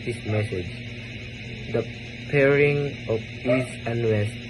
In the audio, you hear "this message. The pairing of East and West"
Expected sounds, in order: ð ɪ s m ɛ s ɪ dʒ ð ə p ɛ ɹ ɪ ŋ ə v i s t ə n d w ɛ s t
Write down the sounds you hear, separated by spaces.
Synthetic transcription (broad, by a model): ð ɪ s m ɛ s ɪ dʒ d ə p ɛ ɹ ɪ ŋ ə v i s ə n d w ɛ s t